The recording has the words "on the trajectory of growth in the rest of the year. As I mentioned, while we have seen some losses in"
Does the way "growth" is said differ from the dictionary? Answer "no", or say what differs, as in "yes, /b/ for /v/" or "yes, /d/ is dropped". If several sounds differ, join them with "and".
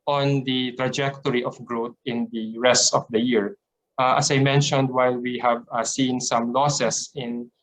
yes, /t/ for /θ/